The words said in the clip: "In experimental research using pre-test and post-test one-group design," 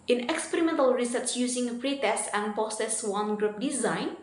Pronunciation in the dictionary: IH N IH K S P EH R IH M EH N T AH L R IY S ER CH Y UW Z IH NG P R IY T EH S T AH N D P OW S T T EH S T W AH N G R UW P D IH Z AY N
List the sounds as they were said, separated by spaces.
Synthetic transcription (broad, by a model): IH N IH K S P EH R IH M EH N T AH L R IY S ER S Y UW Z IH NG P R IY T EH S T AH N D P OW S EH S W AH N G R UW P D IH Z AY N